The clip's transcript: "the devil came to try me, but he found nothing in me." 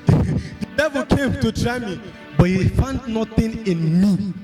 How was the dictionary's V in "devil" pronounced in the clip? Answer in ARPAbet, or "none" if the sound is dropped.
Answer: V